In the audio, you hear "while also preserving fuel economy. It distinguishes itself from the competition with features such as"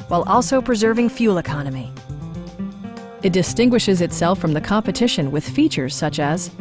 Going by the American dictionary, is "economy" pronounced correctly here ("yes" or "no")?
yes